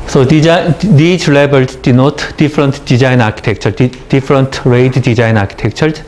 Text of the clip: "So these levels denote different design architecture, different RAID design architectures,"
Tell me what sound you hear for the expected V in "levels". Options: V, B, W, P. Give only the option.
B